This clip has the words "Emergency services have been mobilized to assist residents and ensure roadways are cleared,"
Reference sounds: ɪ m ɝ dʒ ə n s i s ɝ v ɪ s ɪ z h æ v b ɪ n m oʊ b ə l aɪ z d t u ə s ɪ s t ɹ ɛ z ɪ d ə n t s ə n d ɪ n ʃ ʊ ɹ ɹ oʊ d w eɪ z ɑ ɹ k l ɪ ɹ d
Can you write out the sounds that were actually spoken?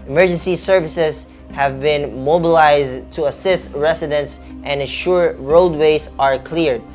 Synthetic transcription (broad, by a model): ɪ m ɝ dʒ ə n s i s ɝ v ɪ s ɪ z h æ v b ɪ n m oʊ b ə l aɪ z d t u ə s ɪ s t ɹ ɛ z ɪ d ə n t s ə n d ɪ n ʃ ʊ ɹ ɹ oʊ d w eɪ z ɑ ɹ k l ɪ ɹ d